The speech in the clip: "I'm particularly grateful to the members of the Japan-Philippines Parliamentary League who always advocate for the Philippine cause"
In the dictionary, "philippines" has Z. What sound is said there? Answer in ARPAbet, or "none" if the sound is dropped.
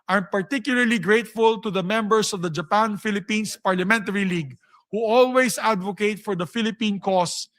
S